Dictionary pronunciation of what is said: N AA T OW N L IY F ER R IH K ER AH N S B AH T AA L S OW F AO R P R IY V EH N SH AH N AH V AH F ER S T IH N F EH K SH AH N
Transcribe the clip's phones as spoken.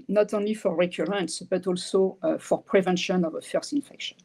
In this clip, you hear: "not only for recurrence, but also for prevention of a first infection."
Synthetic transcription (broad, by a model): N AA T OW N L IY F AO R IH K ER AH N S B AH T AA L S OW F AO R P R IY V EH N SH AH N AH V AH F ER S T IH N F EH K SH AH N